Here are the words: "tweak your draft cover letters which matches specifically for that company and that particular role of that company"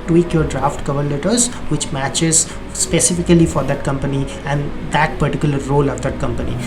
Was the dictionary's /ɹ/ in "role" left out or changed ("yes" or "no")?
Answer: no